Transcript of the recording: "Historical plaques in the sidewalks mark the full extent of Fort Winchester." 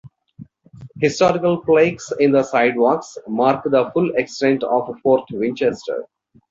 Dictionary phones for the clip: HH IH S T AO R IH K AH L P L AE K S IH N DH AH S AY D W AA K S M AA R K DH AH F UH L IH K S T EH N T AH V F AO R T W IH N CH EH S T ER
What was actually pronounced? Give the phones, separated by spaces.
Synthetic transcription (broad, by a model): HH IH S T AO R IH K AH L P L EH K S IH N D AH S AY D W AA K S M AA R K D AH F UH L IH K S T EH N T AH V F AO R T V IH N CH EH S T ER